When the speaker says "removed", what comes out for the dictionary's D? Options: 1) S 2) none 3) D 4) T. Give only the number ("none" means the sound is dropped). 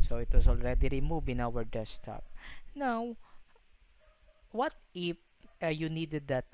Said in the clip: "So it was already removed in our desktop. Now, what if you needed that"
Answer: 2